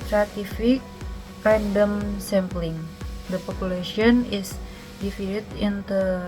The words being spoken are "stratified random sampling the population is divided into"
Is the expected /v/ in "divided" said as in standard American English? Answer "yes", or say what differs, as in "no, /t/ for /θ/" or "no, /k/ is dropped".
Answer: no, /f/ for /v/